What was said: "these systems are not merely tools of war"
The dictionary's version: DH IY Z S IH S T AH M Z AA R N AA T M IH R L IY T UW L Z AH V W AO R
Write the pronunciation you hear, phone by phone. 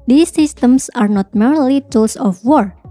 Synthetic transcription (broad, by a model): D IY S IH S T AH M S AA R N AA T M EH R L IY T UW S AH F W AO R